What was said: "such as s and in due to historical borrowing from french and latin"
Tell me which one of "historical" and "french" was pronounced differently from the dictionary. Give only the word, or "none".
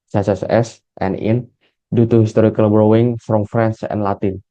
french